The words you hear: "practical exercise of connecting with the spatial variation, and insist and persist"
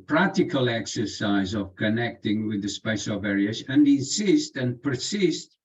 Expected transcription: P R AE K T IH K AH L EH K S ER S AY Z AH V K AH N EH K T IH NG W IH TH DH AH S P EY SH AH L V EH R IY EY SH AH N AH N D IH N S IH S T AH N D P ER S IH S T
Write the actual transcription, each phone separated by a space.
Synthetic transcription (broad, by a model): P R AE K T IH K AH L EH K S ER S AY Z AH V K AH N EH K T IH NG W IH DH AH S P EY S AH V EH R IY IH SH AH N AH IH N S IH S T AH N P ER S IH S T